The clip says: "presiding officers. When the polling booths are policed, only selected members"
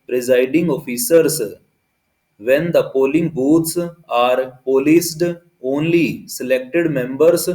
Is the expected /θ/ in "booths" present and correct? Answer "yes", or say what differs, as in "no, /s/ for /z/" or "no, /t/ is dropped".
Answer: no, /t/ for /θ/